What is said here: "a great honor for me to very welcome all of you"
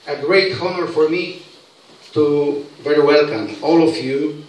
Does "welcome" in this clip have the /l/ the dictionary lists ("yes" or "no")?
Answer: yes